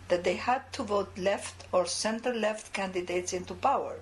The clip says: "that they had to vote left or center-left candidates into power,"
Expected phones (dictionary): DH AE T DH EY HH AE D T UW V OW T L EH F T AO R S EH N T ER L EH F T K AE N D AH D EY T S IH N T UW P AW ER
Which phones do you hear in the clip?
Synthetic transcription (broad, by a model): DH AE T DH EY HH AE D T UW V OW T L EH F T AO R S EH N T ER L EH F T K AE N D AH D EY T S IH N T UW P AW ER